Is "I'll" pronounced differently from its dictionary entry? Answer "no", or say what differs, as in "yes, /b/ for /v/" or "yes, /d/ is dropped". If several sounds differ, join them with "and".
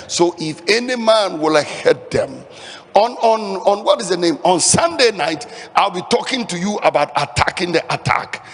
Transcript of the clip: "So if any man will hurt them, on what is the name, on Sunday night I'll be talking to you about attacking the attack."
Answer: no